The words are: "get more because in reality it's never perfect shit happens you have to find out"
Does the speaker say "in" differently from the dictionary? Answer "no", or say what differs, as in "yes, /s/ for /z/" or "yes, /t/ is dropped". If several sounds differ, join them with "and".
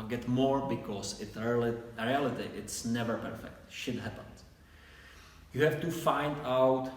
yes, /l/ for /n/